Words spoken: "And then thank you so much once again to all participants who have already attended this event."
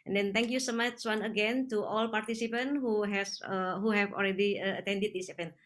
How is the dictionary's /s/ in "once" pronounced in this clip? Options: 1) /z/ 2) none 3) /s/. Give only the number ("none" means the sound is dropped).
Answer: 2